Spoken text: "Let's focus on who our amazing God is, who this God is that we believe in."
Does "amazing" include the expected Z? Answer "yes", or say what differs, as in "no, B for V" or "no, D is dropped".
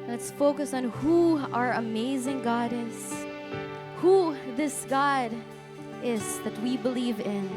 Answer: yes